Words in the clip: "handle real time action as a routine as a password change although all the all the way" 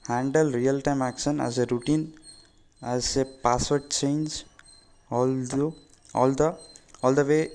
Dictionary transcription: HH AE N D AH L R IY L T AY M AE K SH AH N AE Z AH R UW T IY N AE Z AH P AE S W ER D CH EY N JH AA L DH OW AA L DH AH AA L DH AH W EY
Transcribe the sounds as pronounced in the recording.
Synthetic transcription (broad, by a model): HH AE N D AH L R IY L T AY M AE K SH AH N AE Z AH R UW T IY N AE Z AH P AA S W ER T CH EY N JH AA L OW AA L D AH AA L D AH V EY